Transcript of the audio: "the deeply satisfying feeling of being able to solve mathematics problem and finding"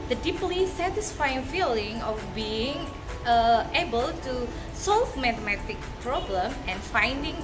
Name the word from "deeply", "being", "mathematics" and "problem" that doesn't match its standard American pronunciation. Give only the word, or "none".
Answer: mathematics